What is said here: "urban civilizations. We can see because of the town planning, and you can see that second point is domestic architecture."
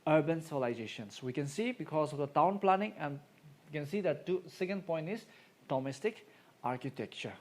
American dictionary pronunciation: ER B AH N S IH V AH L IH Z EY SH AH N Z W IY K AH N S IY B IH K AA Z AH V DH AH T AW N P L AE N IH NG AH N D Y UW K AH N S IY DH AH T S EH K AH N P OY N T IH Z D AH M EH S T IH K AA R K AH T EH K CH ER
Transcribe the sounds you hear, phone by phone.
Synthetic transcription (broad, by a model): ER B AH N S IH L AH IH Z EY SH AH N S W IY K AH N S IY B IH K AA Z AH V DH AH T AW N P L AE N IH NG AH N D K AH N S IY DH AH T S EH K AH N P OY N T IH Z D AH M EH S T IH K AA R K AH T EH K CH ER